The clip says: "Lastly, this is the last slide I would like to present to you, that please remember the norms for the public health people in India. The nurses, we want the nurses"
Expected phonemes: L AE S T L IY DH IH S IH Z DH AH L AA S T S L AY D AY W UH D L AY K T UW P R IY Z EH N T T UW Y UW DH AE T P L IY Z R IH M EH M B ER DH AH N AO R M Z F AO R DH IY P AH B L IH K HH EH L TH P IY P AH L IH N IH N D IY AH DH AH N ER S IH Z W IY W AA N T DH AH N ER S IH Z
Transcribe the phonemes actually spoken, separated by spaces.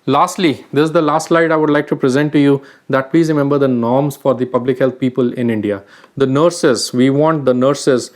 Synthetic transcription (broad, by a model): L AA S T L IY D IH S IH Z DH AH L AA S T S L AY D AY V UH D L AY K T UW P R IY Z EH N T T UW Y UW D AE T P L IY Z R IH M EH M B ER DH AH N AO R M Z F AO R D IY P AH B L IH K HH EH L T P IY P AH L IH N IH N D IY AH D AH N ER S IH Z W IY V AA N T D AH N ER S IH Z